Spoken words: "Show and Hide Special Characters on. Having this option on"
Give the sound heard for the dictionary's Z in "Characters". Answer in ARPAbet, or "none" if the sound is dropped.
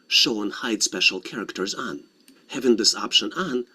Z